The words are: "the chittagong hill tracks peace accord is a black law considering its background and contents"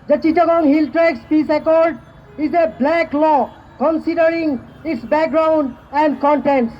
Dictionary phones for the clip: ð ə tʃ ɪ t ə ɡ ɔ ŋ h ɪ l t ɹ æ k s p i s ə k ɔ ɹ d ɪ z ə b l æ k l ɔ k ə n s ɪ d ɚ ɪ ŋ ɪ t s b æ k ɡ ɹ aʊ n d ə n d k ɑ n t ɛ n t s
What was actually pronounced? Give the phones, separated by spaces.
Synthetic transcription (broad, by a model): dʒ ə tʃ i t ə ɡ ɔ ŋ h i l t ɹ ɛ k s p i s ə k ɔ ɹ d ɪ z ə b l æ k l ɔ k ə n s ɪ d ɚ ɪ ŋ ɪ t s b æ k ɡ ɹ aʊ n d ə n d k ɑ n t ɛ n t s